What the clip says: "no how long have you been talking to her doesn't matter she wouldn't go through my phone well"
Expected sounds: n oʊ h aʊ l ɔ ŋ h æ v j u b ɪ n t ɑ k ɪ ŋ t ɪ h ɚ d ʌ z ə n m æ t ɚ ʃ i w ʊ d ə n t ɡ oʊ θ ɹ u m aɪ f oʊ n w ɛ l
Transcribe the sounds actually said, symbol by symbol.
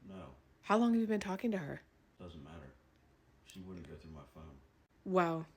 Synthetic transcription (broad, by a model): n oʊ h aʊ l ɔ ŋ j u v b ɪ n t ɑ k ɪ ŋ t ɪ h ɚ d ʌ z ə n m æ t ɚ ʃ i w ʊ d n ɡ oʊ θ ɹ u m aɪ f oʊ n w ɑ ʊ